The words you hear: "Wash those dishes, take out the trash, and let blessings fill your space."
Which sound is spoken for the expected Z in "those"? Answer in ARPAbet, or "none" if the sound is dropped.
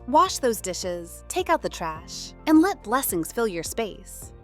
Z